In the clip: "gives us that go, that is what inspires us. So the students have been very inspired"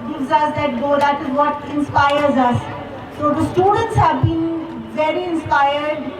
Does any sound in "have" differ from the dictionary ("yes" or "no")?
no